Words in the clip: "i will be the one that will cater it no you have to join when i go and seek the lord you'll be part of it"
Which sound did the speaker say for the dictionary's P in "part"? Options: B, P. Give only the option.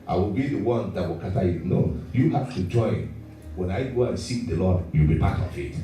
B